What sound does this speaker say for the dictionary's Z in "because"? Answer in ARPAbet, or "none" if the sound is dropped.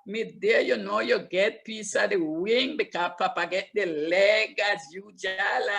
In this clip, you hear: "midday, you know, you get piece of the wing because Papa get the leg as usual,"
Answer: none